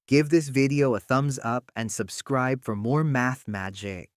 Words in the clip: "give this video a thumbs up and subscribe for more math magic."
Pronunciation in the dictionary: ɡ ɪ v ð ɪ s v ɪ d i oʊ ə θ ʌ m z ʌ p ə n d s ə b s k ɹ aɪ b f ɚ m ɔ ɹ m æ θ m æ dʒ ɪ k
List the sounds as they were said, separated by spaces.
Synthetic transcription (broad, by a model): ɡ ɪ v ð ɪ s v ɪ d i oʊ ə θ ʌ m z ʌ p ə n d s ə b s k ɹ aɪ b f ɚ m ɔ ɹ m æ θ m æ dʒ ɪ k